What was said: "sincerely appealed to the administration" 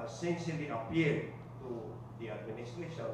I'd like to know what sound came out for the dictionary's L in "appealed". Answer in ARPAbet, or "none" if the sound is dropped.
none